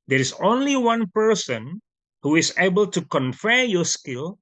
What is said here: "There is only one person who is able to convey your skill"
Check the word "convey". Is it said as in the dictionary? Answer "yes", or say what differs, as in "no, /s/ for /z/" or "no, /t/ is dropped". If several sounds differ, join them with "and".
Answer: no, /f/ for /v/